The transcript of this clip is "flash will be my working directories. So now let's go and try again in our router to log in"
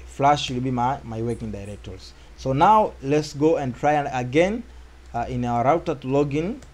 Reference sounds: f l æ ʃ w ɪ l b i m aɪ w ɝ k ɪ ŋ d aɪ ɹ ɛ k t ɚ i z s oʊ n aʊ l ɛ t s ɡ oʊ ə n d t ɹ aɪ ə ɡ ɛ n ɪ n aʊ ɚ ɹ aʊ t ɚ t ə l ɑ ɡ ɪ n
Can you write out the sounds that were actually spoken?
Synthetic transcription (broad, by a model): f l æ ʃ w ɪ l b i m aɪ w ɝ k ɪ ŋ d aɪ ɹ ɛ k t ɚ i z s oʊ n aʊ l ɛ t s ɡ oʊ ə n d t ɹ aɪ ə ɡ ɛ n ɪ n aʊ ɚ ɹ aʊ t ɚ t l ɑ ɡ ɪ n